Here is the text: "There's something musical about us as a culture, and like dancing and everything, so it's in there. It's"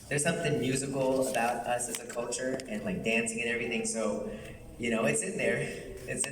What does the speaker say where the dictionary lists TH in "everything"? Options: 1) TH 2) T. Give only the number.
1